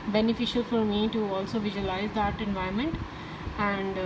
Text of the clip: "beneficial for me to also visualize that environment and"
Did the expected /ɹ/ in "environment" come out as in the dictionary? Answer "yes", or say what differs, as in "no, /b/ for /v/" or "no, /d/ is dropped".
no, /ɹ/ is dropped